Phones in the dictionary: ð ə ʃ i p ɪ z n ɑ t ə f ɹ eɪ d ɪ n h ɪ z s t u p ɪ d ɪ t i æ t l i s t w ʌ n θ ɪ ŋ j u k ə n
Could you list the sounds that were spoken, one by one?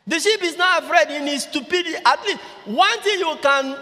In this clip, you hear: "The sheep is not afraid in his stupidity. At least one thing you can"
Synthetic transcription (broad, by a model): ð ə ʃ i p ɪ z n ɑ t ə f ɹ eɪ d ɪ n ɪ s t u p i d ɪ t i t l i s w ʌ n t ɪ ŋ j u k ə n